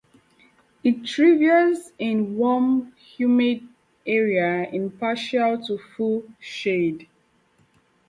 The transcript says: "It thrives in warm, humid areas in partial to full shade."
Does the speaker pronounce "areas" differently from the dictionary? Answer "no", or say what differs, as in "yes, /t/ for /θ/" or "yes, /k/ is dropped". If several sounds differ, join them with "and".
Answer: yes, /z/ is dropped